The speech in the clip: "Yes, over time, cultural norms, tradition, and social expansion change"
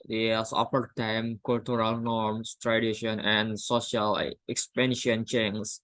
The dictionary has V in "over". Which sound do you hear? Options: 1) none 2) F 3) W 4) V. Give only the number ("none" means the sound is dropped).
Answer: 2